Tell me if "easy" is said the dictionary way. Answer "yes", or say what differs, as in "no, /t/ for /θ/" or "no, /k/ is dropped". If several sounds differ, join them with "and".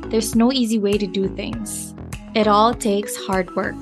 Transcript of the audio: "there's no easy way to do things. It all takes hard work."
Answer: yes